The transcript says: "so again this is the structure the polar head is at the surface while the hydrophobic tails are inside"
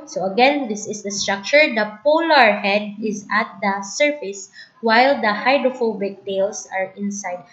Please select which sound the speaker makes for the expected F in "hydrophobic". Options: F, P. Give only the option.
F